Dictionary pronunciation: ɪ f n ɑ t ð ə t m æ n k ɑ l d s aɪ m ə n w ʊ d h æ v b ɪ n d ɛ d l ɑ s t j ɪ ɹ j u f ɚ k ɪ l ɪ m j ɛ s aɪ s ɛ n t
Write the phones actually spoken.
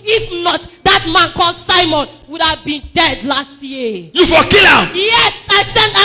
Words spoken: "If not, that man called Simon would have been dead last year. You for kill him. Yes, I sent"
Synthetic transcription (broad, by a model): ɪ f n ɑ t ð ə t m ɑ n k ɑ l s aɪ m ə n w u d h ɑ v b ɪ n d ɛ d l ɑ s t j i j u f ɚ k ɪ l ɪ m j ɛ s aɪ s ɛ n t